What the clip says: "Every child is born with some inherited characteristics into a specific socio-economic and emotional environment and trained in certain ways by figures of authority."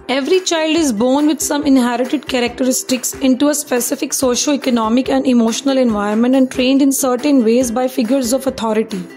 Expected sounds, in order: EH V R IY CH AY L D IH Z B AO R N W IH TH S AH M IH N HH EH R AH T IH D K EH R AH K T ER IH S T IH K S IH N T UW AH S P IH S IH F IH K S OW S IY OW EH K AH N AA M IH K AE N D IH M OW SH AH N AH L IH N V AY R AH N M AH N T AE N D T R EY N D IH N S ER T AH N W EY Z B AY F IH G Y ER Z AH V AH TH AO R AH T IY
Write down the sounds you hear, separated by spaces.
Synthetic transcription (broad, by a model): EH V R IY CH AY L D IH Z B AO R N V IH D S AH M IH N HH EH R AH T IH D K EH R AH K T ER IH S T IH K S IH N T UW AH S P IH S IH F IH K S OW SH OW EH K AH N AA M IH K AE N D IH M OW SH AH N AH L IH N V AY AH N M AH N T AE N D T R EY N D IH N S ER T AH N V EY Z B AY F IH G Y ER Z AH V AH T AO R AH T IY